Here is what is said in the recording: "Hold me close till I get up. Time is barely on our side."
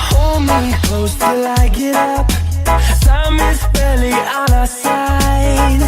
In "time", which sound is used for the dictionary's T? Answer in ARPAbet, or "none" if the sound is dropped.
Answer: S